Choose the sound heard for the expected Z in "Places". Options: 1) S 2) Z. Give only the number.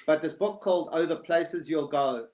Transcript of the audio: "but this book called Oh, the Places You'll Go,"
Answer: 2